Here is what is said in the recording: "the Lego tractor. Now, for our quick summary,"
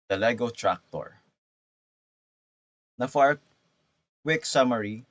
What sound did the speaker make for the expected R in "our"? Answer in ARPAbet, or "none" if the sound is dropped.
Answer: R